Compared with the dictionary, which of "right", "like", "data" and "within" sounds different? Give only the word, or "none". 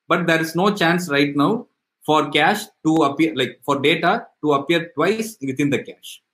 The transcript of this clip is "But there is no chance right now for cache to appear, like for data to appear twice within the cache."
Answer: within